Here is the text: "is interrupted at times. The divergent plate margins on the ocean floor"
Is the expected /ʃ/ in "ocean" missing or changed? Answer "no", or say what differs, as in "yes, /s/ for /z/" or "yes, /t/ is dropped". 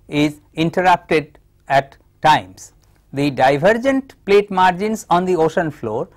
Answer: no